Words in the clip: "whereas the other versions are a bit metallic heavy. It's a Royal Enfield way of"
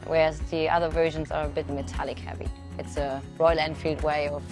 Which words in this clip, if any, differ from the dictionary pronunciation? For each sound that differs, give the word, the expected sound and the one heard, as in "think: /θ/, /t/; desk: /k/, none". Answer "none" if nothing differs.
none